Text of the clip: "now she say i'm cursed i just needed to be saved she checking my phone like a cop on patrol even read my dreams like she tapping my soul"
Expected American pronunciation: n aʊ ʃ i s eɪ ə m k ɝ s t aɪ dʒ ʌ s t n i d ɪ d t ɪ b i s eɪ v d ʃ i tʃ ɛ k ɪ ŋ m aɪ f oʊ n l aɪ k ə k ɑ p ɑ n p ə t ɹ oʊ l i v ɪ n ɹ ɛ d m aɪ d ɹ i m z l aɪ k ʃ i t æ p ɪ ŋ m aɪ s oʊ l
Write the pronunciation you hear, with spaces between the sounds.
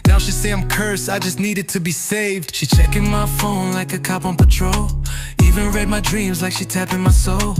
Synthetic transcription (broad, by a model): n aʊ ʃ i s eɪ ə m k ɝ s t aɪ dʒ ʌ s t n i d ɪ d t ɪ b i s eɪ v d ʃ i tʃ ɛ k ɪ ŋ m aɪ f oʊ n l aɪ k ə k ɑ p n p ə t ɹ oʊ l i v ɪ n ɹ ɛ d m aɪ d ɹ i m z l aɪ k ʃ i t æ p ɪ ŋ m aɪ s oʊ l